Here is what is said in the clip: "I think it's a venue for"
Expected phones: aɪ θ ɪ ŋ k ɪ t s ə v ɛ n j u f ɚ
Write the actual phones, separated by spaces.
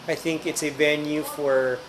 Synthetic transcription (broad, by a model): aɪ θ ɪ ŋ k ɪ t s ə v ɛ n j u f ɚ